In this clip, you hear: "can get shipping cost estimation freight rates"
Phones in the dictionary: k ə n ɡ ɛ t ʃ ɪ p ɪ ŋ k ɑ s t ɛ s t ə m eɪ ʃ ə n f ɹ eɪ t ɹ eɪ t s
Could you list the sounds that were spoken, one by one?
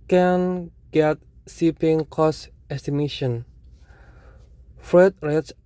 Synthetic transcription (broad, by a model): k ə n ɡ ɛ t s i p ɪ ŋ k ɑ s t ɛ s t ə m eɪ ʃ ə n f ɹ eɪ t ɹ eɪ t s